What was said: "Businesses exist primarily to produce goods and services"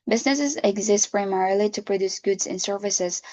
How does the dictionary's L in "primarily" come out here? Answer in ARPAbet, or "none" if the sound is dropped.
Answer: L